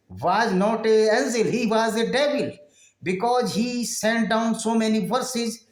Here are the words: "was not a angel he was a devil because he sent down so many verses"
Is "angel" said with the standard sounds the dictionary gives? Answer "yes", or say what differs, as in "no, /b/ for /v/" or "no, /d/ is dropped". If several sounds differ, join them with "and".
no, /z/ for /dʒ/